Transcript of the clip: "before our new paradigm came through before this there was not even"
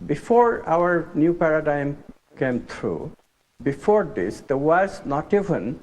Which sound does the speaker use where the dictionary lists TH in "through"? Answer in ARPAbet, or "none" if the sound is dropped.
T